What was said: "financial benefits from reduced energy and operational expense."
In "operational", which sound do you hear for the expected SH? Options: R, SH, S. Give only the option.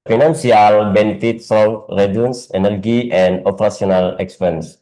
S